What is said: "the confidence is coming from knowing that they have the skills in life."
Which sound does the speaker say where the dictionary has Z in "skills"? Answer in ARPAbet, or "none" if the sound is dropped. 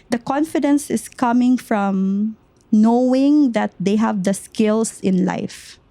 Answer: S